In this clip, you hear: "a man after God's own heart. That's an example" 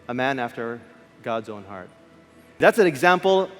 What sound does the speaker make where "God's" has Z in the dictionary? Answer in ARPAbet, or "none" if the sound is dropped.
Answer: Z